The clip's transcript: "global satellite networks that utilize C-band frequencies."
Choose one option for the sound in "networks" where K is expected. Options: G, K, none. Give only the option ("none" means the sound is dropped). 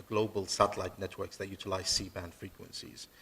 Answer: K